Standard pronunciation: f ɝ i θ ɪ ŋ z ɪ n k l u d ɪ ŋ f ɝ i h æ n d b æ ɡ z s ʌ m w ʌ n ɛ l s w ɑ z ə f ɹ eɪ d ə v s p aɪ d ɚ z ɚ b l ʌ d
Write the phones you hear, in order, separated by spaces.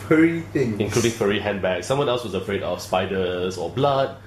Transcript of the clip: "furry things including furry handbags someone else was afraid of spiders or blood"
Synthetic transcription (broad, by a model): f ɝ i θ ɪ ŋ ɪ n k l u d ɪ ŋ f ɝ i h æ n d b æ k s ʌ m w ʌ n ɛ l s w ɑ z ə f ɹ eɪ d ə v s p aɪ d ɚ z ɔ b l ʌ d